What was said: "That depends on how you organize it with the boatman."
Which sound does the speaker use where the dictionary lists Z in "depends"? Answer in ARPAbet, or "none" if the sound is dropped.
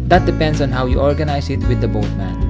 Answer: S